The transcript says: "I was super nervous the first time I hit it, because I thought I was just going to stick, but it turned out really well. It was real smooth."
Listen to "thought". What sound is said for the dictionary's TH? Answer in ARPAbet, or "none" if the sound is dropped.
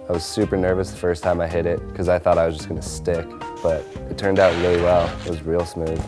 TH